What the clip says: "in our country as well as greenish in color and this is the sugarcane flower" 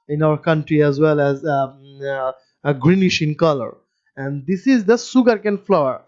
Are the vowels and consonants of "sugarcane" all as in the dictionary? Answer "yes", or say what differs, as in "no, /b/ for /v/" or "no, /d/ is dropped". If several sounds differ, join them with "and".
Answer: no, /s/ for /ʃ/